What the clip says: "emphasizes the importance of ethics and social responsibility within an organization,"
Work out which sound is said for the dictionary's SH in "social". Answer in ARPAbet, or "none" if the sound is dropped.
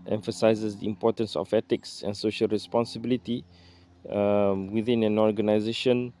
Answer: SH